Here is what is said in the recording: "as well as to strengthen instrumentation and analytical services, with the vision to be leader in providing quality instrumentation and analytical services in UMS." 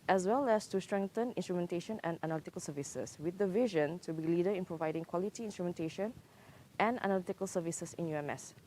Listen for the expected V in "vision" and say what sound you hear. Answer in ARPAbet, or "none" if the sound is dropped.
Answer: V